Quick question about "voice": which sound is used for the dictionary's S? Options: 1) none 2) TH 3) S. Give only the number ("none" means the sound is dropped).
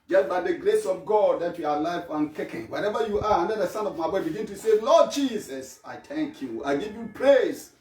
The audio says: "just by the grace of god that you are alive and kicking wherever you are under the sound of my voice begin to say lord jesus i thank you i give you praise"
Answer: 1